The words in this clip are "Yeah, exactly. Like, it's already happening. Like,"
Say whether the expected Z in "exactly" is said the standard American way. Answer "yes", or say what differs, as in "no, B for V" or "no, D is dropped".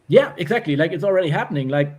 yes